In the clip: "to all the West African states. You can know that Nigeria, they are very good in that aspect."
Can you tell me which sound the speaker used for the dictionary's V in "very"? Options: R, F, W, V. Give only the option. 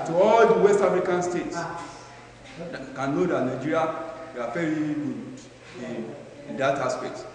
F